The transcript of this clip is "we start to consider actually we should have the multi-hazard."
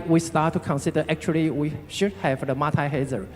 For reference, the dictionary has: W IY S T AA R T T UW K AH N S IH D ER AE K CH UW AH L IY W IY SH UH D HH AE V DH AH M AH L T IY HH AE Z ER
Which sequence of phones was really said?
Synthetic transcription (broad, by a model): W IY S T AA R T T UW K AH N S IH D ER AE K CH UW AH L IY W IY SH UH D HH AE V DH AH M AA T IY HH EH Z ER